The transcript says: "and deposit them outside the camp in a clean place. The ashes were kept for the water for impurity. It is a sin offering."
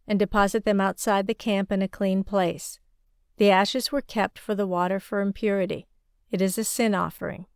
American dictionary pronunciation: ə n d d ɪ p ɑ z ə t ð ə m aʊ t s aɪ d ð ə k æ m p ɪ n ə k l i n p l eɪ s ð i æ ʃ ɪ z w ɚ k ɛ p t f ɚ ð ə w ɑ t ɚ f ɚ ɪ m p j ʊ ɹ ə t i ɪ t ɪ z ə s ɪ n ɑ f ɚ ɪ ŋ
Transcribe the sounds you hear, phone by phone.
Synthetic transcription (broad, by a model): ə n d d ɪ p ɑ z ə t ð ə m aʊ t s aɪ d ð ə k æ m p ɪ n ə k l i n p l eɪ s ð i æ ʃ ɪ z w ɚ k ɛ p t f ɚ ð ə w ɑ t ɚ f ɚ ɪ m p j ʊ ɹ ə t i ɪ t ɪ z ə s ɪ n ɑ f ɚ ɪ ŋ